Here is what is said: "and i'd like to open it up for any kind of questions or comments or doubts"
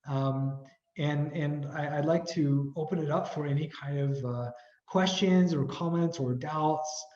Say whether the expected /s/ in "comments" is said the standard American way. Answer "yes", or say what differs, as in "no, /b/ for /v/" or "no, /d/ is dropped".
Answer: yes